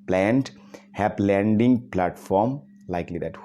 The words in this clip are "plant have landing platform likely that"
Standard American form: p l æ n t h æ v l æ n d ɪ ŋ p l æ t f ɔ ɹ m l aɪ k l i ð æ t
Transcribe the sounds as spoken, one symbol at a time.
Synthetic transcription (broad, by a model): p l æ n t h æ p l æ n d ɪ ŋ p l æ t f ɔ ɹ m l aɪ k l i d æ t